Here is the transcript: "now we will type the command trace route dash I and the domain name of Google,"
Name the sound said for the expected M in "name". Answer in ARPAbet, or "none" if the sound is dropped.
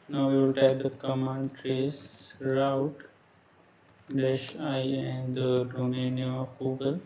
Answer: none